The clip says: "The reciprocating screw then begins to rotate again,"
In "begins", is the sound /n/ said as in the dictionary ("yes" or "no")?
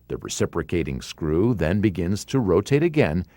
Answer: yes